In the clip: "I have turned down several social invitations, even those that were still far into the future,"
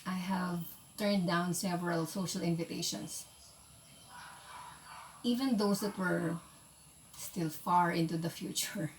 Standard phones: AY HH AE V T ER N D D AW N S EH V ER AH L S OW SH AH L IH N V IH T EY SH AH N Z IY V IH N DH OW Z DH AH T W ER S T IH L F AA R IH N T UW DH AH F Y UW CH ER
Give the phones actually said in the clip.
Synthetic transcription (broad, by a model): AY HH AE V T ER N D D AW N S EH V ER AH L S OW SH AH L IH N V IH T EY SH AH N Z IY V IH N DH OW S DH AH T W ER S T IH L F AA R IH N T UW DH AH F Y UW CH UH